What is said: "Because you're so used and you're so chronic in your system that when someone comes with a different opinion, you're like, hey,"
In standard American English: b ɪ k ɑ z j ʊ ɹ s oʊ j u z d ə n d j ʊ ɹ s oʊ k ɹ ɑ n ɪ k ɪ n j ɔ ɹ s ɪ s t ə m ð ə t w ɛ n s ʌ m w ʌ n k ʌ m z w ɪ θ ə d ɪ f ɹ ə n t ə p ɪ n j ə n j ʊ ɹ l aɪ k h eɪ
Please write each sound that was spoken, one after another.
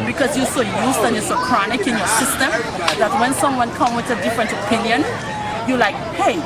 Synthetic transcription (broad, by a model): b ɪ k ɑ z j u s oʊ j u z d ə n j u s oʊ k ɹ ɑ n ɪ k ɪ n j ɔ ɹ s ɪ s t ə m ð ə t w ɛ n s ʌ m w ʌ n k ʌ m w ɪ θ ə d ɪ f ɹ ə n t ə p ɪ n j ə n j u l aɪ k h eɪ